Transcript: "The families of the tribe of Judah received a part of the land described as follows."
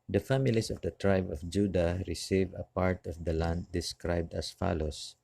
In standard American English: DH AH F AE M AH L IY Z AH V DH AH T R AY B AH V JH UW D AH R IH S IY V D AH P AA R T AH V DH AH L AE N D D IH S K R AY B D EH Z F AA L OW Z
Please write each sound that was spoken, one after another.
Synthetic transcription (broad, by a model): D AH F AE M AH L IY S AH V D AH T R AY B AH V JH UW D AH R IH S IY V AH P AA R T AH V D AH L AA N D D IH S K R AY B D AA S F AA L OW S